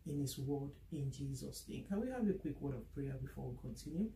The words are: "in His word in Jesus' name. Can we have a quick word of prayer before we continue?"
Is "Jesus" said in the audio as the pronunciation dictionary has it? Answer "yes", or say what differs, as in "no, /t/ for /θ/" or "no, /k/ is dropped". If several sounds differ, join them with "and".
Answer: yes